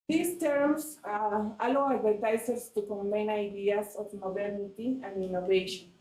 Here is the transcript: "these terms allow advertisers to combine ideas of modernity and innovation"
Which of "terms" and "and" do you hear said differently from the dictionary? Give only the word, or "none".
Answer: terms